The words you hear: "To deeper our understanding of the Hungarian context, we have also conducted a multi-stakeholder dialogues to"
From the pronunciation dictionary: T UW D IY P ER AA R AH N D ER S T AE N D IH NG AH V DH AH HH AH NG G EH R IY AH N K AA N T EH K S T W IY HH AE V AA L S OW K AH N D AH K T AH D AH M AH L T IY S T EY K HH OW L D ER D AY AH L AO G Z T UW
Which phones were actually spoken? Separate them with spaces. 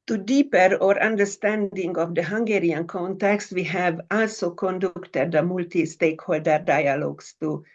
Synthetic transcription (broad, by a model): T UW D IY P ER AA R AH N D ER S T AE N D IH NG AH V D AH HH AH NG G EH R IY AH N K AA N T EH K S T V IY HH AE V AA L S OW K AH N D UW K T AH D AH M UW L T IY S T EY K HH OW L D ER D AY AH L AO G S T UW